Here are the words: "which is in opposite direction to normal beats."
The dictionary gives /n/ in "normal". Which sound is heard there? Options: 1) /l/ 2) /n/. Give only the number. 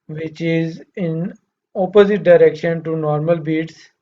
2